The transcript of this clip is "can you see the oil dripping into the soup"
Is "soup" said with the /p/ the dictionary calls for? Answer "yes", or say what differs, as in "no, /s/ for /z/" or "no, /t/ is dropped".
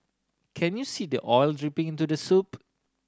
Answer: yes